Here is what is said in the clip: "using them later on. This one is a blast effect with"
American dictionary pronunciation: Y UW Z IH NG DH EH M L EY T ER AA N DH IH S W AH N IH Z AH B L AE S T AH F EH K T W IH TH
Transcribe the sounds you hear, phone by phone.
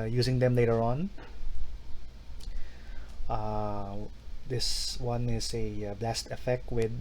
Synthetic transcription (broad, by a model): Y UW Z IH NG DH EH M L EY T ER AA N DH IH S W AH N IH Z AH B L AE S T AH F EH K T W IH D